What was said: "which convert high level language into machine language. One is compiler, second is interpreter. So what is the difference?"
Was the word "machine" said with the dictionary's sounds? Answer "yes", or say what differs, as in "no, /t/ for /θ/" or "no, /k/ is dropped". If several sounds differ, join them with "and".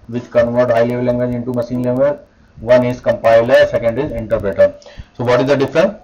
no, /s/ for /ʃ/